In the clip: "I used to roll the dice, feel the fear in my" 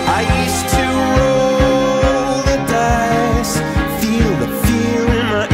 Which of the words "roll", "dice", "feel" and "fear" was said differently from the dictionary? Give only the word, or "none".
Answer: fear